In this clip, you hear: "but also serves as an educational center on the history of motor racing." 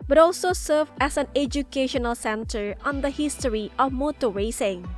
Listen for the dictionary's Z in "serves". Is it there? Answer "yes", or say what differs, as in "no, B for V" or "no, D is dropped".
no, Z is dropped